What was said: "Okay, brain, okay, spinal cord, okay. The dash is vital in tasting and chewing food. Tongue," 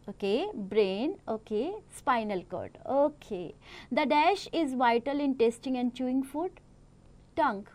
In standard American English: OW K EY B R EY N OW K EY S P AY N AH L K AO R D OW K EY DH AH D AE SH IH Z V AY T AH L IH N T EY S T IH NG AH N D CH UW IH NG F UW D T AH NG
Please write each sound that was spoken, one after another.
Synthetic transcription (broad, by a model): OW K EY B R EY N OW K EY S P AY N AH L K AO R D OW K EY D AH D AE SH IH Z V AY T AH L IH N T EY S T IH NG AH N D CH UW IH NG F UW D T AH NG